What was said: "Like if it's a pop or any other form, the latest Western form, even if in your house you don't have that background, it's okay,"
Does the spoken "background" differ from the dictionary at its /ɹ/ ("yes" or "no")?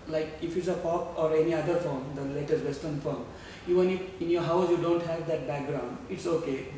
no